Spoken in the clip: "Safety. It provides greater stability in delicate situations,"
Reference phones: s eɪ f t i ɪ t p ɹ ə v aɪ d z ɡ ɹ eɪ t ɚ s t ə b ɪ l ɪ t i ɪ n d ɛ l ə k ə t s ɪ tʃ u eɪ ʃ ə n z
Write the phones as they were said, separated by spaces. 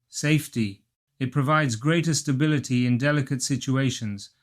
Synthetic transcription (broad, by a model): s eɪ f t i ɪ t p ɹ ə v aɪ d z ɡ ɹ eɪ t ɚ s t ə b ɪ l ɪ t i ɪ n d ɛ l ə k ə t s ɪ tʃ u eɪ ʃ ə n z